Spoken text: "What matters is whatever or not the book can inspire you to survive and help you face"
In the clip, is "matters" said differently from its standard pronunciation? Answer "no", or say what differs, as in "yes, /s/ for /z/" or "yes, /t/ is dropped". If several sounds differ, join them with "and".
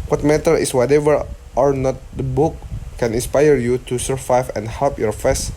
yes, /z/ is dropped